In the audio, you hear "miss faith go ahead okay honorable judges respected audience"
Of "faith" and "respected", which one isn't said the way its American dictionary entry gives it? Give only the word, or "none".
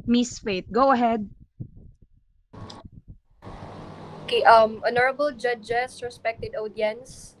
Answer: faith